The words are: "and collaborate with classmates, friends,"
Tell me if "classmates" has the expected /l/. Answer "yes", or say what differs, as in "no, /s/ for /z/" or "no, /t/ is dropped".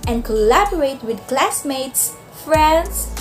yes